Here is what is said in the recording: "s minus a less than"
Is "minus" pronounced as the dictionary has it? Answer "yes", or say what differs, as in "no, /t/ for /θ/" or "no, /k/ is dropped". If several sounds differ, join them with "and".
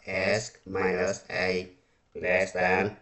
no, /n/ is dropped